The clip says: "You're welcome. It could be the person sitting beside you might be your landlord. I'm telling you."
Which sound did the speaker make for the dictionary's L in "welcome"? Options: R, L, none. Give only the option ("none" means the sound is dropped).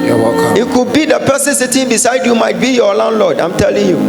none